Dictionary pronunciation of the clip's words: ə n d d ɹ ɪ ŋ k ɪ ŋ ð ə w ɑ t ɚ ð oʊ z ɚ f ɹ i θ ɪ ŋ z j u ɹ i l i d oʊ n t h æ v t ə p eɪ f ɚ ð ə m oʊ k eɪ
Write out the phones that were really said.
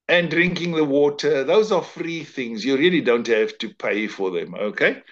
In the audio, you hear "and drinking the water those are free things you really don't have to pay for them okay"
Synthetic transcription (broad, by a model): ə n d d ɹ ɪ ŋ k ɪ ŋ ð ə w ɑ t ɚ ð oʊ z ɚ f ɹ i θ ɪ ŋ z j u ɹ i l i d oʊ n t h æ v t ə p eɪ f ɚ ð ə m oʊ k eɪ